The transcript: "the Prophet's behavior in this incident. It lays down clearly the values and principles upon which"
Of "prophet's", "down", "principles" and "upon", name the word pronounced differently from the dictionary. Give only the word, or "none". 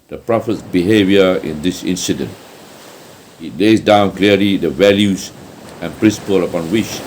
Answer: principles